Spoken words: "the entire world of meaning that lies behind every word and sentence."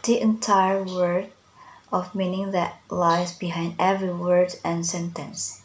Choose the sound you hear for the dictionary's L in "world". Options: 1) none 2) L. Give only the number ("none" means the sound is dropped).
1